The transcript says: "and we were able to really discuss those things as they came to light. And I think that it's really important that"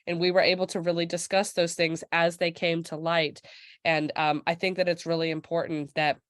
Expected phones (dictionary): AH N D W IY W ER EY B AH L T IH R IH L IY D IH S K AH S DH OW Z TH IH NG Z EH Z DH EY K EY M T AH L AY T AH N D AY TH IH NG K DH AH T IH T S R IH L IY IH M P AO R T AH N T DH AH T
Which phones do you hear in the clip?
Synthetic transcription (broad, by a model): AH N W IY W ER EY B L T IH R IH L IY D IH S K AH S DH OW Z TH IH NG Z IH Z DH EY K EY M T AH L AY T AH N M AY TH IH NG K DH AH T IH T S R IH L IY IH M P AO R T N DH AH T